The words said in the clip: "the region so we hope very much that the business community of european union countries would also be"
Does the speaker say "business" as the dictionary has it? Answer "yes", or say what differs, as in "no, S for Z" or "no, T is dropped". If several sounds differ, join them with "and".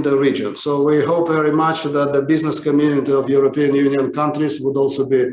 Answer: yes